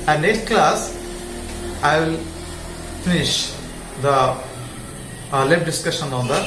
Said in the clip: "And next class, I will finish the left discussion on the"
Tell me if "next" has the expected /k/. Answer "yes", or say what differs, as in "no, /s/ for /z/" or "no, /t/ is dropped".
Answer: no, /k/ is dropped